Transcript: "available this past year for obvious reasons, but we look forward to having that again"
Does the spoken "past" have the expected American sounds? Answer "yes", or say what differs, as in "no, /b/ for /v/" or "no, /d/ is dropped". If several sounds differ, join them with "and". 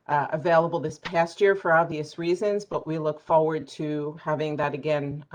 yes